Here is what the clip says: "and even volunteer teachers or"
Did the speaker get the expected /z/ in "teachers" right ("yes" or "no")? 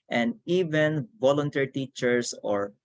no